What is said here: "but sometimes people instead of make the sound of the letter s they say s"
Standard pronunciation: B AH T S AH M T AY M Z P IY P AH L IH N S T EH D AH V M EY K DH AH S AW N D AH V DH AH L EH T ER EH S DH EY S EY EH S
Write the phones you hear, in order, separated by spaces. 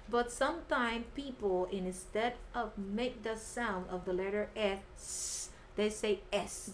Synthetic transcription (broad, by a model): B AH T S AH M T AY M P IY P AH N IH N S T EH D AH V M EY K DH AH S AW N D AH V DH AH L EH T ER EH S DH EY S EY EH S